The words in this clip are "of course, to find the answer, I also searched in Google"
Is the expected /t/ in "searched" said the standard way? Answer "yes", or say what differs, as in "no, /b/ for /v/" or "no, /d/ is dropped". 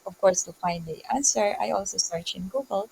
no, /t/ is dropped